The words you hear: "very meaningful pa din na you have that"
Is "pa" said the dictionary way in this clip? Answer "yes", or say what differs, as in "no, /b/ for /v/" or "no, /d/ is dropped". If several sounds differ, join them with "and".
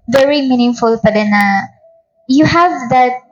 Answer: no, /b/ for /p/